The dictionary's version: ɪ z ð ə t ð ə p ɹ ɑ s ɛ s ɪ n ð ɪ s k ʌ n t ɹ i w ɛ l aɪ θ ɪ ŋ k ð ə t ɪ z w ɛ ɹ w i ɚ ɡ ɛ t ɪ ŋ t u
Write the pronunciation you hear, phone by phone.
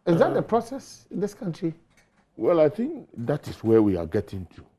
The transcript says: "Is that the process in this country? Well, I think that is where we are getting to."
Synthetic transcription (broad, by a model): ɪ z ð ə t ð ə p ɹ ɑ s ɛ s ɪ n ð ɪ s k ʌ n t ɹ i w ɛ l aɪ θ ɪ ŋ k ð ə t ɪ s w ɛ w i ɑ ɡ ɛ t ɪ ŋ t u